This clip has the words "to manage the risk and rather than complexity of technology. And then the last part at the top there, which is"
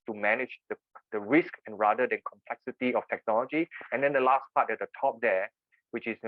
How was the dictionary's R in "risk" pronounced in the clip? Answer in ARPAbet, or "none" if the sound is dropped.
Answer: R